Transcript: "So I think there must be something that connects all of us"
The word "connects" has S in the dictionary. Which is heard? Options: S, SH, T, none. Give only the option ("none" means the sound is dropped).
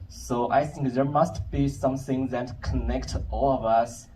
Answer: none